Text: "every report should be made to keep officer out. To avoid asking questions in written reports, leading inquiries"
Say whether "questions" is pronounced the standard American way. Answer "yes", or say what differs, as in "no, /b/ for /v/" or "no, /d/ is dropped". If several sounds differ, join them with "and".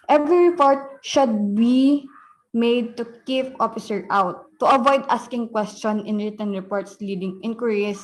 no, /z/ is dropped